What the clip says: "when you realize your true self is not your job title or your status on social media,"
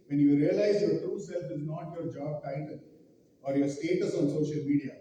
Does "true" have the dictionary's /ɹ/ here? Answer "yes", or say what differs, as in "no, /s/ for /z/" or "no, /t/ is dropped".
yes